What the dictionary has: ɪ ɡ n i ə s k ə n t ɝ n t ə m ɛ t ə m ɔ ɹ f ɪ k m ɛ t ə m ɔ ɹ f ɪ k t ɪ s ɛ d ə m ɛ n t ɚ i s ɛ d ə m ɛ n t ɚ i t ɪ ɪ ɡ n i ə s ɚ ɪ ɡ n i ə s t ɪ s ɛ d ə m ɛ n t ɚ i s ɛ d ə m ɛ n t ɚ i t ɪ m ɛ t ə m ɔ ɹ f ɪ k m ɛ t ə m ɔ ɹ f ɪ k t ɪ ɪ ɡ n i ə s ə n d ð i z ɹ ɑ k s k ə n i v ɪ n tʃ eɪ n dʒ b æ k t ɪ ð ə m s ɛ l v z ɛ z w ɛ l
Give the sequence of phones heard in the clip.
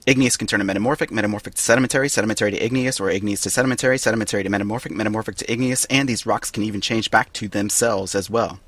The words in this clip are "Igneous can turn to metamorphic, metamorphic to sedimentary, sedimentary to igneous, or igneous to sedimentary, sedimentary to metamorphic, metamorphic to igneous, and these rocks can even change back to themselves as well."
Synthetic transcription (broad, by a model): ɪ ɡ n i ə s k n t ɝ n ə m ɛ t ə m ɔ ɹ f ɪ k m ɛ t ə m ɔ ɹ f ɪ k t ɪ s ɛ d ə m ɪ n t ɚ i s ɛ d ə m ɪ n t ɚ i t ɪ ɪ ɡ n i ə s ɚ ɪ ɡ n i ə s t ɪ s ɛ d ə m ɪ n t ɚ i s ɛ d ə m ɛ n t ɚ i t ɪ m ɛ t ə m ɔ ɹ f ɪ k m ɛ t ə m ɔ ɹ f ɪ k t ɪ ɪ ɡ n i ə s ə n ð i z ɹ ɑ k s k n i v ɪ n tʃ eɪ n dʒ b æ k t ɪ ð ə m s ɛ l v z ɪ z w ɛ l